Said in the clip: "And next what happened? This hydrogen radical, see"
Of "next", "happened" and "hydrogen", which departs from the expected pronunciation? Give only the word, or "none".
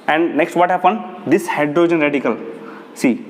none